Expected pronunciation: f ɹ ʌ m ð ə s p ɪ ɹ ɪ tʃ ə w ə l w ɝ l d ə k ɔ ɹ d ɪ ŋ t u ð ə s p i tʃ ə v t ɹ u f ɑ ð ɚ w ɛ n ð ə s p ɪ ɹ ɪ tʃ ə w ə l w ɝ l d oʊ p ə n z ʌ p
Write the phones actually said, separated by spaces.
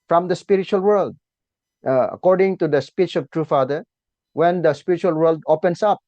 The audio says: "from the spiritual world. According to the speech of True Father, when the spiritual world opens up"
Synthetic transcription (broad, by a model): f ɹ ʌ m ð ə s p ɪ ɹ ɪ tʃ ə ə l w ɝ l d ə k ɔ ɹ d ɪ ŋ t u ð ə s p i tʃ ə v t ɹ u f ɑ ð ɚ w ɛ n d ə s p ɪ ɹ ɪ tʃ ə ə l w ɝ l d oʊ p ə n s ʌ p